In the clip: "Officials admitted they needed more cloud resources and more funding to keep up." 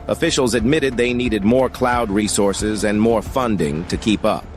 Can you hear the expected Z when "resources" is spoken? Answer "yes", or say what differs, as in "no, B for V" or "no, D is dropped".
yes